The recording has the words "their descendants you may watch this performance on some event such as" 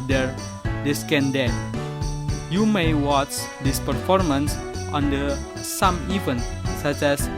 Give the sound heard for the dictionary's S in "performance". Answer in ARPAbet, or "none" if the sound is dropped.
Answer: S